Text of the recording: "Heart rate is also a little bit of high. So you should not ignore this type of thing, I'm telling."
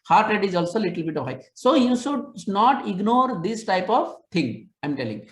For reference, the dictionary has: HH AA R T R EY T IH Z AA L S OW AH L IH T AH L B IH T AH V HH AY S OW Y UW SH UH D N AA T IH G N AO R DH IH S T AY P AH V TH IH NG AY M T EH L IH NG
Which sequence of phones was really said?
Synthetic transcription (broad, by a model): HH AA R T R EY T IH Z AA L S OW L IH T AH L B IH T AH V HH AY S OW Y UW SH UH D N AA T IH G N AO R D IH S T AY P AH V T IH NG AY M T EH L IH NG